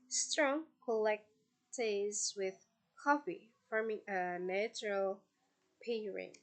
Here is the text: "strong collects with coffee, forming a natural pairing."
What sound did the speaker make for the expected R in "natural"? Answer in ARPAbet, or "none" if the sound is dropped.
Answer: R